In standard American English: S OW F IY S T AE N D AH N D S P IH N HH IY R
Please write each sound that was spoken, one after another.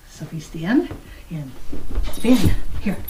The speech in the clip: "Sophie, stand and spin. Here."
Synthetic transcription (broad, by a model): S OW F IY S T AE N AH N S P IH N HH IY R